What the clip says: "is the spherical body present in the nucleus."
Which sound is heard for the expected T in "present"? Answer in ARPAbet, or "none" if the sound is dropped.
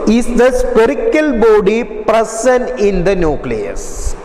none